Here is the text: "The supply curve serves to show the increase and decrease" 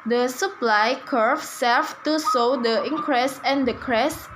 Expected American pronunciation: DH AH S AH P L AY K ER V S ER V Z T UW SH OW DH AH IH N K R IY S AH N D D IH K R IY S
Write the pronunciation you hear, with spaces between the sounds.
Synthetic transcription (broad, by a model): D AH S AH P L AY K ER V S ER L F T UW S OW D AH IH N K R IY S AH N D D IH K R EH S